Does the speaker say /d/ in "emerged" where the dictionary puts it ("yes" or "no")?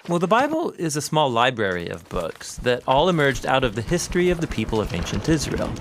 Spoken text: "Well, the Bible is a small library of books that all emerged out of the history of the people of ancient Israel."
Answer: yes